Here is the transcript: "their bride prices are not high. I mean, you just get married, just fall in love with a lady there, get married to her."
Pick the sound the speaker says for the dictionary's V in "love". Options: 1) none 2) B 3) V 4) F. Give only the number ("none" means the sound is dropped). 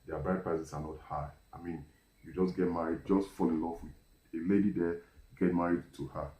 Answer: 4